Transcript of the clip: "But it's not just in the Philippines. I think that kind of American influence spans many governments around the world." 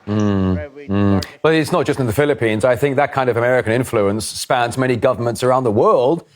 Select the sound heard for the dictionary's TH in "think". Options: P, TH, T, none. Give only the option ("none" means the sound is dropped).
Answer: TH